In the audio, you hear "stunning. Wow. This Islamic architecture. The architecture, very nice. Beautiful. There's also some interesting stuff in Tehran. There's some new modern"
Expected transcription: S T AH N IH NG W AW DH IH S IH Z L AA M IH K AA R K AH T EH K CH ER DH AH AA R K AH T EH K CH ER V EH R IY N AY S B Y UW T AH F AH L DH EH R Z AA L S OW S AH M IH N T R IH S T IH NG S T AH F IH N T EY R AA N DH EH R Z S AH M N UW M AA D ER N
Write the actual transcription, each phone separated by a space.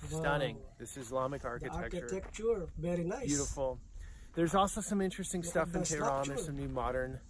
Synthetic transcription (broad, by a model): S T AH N IH NG DH IH S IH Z L AA M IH K AA R K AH T EH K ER K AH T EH K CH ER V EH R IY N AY B Y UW T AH F L DH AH R Z AA L S OW S AH M IH N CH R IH S T IH NG S T AH F IH N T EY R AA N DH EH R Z S AH M N UW M AA D ER N